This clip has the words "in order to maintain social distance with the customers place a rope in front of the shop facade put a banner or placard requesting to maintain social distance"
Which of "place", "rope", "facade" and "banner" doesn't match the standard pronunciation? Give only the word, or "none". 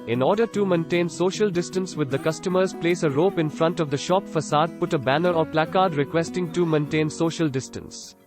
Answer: none